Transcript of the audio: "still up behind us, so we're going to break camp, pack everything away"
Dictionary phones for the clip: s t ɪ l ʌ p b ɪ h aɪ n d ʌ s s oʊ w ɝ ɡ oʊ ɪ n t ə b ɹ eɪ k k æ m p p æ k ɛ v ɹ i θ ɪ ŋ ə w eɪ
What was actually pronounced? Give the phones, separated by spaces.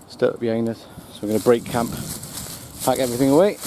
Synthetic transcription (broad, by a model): s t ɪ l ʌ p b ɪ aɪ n ʌ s s oʊ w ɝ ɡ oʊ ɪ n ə b ɹ eɪ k k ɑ m p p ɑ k ɛ v ɹ i θ ɪ ŋ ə w eɪ